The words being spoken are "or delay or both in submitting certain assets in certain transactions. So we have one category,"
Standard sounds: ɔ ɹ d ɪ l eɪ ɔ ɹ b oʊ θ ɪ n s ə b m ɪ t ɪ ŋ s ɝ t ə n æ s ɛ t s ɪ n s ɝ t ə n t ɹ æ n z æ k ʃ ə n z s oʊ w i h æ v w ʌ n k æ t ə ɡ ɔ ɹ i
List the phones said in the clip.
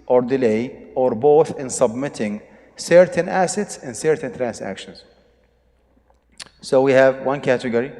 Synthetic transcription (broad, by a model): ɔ ɹ d ɪ l eɪ ɔ ɹ b oʊ θ ɪ n s ə b m ɪ t ɪ ŋ s ɝ t ə n æ s ɛ t s ɪ n s ɝ t ə n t ɹ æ n s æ k ʃ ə n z s oʊ w i h æ v w ʌ n k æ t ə ɡ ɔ ɹ i